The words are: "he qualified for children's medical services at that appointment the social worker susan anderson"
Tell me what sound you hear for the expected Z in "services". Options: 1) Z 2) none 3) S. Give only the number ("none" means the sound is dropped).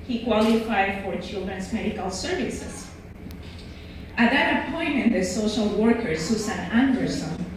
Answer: 3